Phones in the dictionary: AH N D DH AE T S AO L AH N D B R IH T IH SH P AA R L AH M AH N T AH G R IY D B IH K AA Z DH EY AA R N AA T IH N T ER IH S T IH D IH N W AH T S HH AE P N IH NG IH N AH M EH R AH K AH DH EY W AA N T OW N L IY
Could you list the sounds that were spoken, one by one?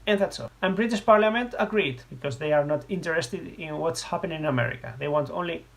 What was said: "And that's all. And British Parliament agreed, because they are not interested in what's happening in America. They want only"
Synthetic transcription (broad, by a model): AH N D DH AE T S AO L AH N B R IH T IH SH P AA R L AH M AH N T AH G R IY D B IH K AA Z DH EY AA R N AA T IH N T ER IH S T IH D IH N W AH T S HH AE P IH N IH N AH M EH R AH K AH DH EY W AA N T OW N L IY